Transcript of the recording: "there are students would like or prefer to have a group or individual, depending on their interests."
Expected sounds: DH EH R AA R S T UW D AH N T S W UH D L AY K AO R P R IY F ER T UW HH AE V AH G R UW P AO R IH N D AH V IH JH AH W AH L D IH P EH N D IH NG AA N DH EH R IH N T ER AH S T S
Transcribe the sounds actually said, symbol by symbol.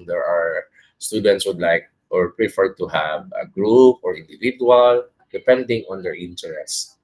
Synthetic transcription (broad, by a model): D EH R AA R S T UW D AH N T S W UH D L AY K AO R P R IY F ER T UW HH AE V AH G R UW P AO R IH N D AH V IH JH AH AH L D IH P EH N D IH NG AA N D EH R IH N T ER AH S S